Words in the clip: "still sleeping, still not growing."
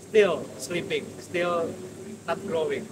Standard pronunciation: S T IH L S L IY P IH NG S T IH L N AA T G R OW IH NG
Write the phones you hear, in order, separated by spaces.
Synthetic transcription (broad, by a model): S T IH L S L IY P IH NG S T IH L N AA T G R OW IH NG